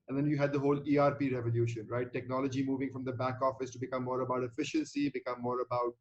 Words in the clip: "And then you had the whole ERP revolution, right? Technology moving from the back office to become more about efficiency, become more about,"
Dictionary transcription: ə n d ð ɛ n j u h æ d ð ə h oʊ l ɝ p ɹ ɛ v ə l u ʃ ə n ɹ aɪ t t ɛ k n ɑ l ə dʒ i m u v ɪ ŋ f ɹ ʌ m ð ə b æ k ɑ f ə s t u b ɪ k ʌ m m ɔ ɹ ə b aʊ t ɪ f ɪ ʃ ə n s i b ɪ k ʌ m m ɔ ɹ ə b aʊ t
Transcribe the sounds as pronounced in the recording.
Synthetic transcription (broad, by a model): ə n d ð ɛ n j u h æ d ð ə h oʊ l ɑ p ɹ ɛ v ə l u ʃ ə n ɹ aɪ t t ɛ k n ɑ l ə dʒ i m u v ɪ ŋ f ɹ ʌ m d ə b æ k ɑ f ə s t u b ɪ k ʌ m m ɔ ɹ ə b aʊ t ɪ f ɪ ʃ ə n s i b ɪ k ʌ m m ɔ ɹ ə b aʊ t